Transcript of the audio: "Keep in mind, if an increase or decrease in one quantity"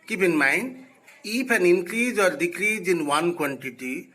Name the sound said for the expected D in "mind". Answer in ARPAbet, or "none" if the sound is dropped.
none